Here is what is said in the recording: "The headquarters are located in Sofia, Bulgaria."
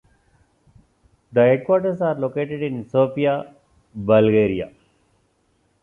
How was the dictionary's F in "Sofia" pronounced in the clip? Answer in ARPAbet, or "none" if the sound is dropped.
P